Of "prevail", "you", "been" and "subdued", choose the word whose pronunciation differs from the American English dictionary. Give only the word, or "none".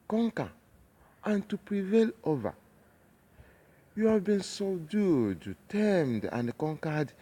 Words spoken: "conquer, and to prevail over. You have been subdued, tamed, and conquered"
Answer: subdued